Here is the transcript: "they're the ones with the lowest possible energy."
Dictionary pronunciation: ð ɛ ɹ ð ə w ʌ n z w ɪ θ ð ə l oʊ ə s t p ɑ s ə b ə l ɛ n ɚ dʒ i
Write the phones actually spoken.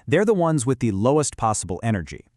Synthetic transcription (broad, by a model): ð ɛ ɹ ð ə w ʌ n z w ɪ ð ə l oʊ ə s t p ɑ s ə b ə l ɛ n ɚ dʒ i